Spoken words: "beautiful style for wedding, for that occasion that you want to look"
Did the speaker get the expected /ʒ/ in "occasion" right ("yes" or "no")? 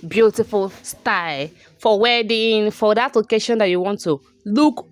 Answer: no